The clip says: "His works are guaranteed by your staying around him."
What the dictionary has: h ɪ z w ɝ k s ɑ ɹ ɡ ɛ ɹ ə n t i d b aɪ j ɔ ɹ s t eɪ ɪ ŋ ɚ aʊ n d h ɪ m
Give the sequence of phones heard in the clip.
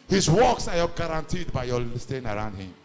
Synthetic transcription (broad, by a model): h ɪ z w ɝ k s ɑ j ɡ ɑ ɹ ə n t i d b aɪ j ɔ l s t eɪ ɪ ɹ aʊ n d h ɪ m